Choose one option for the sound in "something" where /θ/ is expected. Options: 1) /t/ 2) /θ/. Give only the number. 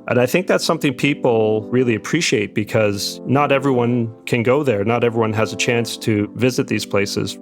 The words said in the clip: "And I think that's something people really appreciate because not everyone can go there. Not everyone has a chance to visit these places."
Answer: 2